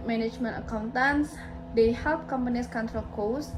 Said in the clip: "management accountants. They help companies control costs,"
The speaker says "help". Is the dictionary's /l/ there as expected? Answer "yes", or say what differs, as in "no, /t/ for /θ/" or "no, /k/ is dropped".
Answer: yes